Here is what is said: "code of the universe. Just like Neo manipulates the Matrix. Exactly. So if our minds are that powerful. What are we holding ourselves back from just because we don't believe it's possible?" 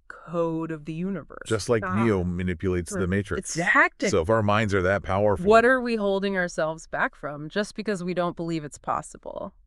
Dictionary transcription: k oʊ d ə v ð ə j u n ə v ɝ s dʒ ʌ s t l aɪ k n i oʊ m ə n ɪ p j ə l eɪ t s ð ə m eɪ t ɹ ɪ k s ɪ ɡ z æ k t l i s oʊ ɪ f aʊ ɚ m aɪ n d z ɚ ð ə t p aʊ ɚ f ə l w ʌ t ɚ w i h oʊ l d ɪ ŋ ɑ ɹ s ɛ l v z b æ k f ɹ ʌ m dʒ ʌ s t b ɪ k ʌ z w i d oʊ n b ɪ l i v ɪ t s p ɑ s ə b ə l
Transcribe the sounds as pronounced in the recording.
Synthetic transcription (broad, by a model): k oʊ d ə v ð ə j u n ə v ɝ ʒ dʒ ʌ s t l aɪ k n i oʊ m ə n ɪ p j ə l eɪ t s ð ə m eɪ ɪ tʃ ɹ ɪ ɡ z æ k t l s oʊ ɪ f aʊ ɚ m aɪ n d z ɚ ð ə t p aʊ ɚ f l w ʌ t ɚ w i h oʊ l d ɪ ŋ ɑ ɹ s ɛ l v z b æ k f ɹ ʌ m dʒ ʌ s b ɪ k ʌ z w i d oʊ n b ɪ l i v ɪ t s p ɑ s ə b l